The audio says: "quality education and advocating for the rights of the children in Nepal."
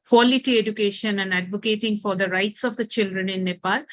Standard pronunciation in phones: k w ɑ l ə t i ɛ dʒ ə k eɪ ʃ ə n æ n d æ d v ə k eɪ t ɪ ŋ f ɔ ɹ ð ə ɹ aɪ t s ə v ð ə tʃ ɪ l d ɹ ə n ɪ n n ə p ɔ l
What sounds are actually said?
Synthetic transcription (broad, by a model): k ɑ l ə t i ɛ dʒ ə k eɪ ʃ ə n æ n d æ d v ə k eɪ t ɪ ŋ f ɔ ɹ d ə ɹ aɪ t s ə v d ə tʃ ɪ l d ɹ ə n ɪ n n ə p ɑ l